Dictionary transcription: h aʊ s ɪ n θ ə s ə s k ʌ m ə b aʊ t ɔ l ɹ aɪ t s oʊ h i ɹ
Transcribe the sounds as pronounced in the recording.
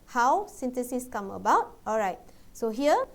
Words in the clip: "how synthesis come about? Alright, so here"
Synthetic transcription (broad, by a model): h aʊ s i n t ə s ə s k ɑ m ə b aʊ t ɔ l ɹ aɪ t s oʊ h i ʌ